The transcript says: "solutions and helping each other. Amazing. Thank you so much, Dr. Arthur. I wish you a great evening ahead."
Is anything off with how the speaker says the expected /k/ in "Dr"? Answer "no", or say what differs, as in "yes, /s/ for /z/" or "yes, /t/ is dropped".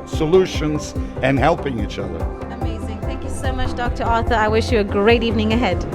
no